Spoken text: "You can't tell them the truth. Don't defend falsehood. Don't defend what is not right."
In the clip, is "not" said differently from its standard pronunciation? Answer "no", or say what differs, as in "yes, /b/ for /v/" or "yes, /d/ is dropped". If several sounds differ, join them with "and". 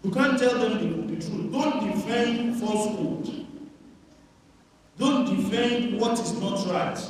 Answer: no